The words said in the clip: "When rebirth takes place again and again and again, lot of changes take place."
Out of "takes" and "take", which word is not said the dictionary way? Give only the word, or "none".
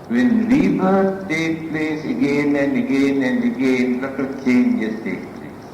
takes